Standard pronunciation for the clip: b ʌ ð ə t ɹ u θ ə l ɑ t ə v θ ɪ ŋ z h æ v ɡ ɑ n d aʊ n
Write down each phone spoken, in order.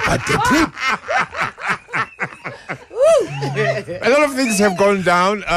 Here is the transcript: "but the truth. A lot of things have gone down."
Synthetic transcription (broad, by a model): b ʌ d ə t u ə l ɑ t ə v θ ɪ ŋ z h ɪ v ɡ ɑ n d aʊ n